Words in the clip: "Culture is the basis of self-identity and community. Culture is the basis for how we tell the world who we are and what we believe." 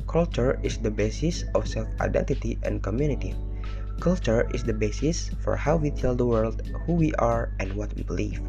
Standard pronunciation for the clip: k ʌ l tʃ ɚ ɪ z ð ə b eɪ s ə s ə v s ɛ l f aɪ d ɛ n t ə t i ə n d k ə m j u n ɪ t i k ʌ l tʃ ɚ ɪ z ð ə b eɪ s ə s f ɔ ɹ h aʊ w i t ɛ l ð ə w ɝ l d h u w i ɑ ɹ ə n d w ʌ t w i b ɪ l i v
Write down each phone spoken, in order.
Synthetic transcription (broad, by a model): k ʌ l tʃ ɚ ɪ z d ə b eɪ s ə s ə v s ɛ l f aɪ d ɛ n t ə t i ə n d k ə m j u n ɪ t i k ʌ l tʃ ɚ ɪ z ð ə b eɪ s ə s f ɔ ɹ h aʊ w i t ɛ l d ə w ɝ l d h u w i ɑ ɹ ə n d w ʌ t w i b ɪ l i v